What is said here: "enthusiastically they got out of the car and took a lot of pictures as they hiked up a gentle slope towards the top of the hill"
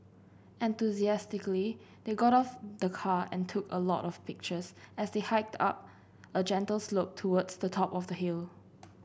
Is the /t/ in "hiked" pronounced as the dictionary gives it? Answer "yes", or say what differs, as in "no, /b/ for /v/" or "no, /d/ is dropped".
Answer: yes